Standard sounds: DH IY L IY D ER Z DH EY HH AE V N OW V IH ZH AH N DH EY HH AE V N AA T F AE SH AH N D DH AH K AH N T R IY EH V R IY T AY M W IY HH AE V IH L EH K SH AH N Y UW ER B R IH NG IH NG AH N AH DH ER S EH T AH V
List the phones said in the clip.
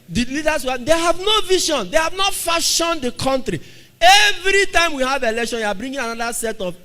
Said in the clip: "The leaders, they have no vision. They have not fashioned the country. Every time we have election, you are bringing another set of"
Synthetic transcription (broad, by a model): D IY L IY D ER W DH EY HH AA V N OW V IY SH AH N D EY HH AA V N AA T F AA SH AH N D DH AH K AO N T R IY EH V R IY T AY M W IY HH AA V IH L EH K SH AH N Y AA B R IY NG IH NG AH N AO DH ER S EH T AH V